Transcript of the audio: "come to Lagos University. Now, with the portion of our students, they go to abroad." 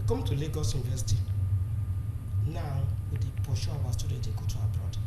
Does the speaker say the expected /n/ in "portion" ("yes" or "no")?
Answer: no